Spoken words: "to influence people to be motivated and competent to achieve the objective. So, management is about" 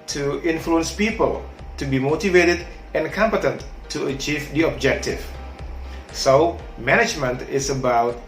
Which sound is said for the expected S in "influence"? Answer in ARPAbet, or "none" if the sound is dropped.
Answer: S